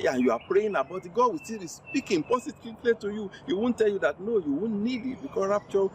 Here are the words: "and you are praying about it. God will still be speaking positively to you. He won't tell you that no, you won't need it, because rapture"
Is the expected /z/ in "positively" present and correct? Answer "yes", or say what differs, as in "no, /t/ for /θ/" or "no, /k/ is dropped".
no, /s/ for /z/